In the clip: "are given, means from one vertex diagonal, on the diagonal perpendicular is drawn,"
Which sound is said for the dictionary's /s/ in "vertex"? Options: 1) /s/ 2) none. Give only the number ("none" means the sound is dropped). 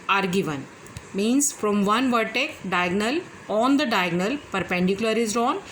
2